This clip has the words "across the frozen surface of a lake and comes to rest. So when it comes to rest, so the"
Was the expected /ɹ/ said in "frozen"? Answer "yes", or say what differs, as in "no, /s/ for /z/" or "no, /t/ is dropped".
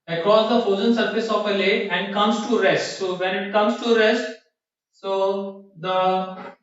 no, /ɹ/ is dropped